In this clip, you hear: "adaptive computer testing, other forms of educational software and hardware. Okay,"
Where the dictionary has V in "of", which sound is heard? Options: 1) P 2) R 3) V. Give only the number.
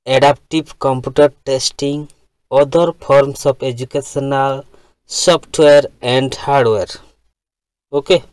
1